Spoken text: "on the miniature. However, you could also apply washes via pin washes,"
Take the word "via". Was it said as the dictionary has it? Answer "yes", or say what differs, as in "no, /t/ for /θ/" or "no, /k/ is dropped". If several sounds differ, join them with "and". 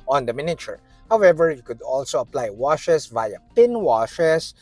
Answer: yes